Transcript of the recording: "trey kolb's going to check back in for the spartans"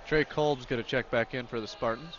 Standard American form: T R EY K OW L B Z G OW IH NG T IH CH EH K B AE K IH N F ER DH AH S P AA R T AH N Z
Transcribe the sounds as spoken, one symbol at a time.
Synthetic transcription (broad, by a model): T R EY K OW L B Z G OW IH T IH CH EH K B AE K IH N F ER DH AH S P AA R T N